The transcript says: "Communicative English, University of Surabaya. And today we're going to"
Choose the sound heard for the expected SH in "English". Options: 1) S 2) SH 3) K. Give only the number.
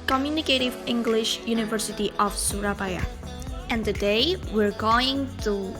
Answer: 2